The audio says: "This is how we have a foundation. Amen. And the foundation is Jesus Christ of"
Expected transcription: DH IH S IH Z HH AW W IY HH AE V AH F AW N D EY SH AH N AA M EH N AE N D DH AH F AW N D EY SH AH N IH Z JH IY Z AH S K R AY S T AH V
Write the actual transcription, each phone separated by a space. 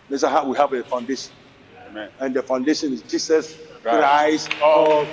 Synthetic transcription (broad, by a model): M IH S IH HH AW W IY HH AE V AH F AW N D EY SH AH N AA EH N N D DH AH F AW N D EY SH AH N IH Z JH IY S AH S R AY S AH